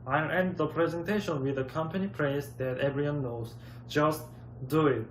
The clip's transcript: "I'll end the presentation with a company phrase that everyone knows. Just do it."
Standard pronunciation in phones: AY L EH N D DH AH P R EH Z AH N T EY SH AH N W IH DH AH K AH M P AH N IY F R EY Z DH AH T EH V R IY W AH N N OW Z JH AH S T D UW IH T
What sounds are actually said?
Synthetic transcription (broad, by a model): AY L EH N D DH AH P R EH Z AH N T EY SH AH N W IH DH AH K AH M P AH N IY P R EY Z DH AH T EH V R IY W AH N N OW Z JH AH S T D UW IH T